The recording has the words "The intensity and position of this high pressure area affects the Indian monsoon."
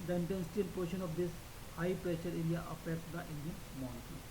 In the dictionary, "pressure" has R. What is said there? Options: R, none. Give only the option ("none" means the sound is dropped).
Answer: R